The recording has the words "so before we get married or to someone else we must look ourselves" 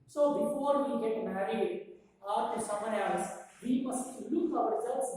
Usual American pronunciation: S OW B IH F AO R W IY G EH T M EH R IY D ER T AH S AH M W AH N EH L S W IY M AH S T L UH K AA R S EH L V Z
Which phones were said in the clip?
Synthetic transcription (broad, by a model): S OW B IH F AO R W IY G EH T M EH R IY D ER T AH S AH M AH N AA S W IY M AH S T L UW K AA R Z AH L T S